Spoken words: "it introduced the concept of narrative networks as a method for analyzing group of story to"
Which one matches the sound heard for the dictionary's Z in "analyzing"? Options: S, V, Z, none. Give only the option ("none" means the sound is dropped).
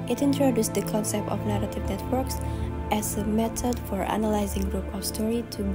Z